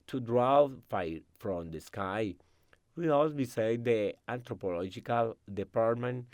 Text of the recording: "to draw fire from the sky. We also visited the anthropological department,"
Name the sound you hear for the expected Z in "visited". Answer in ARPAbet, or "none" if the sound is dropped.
S